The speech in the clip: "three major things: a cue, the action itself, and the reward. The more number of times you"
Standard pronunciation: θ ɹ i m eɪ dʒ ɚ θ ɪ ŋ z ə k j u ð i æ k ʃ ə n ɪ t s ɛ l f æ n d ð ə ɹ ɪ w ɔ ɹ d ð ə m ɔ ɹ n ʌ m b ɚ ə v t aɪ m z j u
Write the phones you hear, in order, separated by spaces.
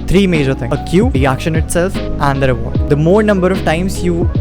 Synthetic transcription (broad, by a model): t ɹ i m eɪ dʒ ɚ t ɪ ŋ ə k j u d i æ k ʃ ə n ɪ t s ɛ l f æ n d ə ɹ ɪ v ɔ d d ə m ɔ ɹ n ʌ m b ɚ ə v t aɪ m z j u